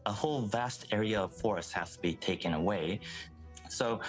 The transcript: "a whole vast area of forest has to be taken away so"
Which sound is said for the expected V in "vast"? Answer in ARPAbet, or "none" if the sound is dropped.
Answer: V